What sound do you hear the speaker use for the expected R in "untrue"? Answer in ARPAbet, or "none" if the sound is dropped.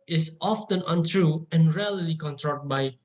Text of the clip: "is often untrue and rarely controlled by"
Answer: R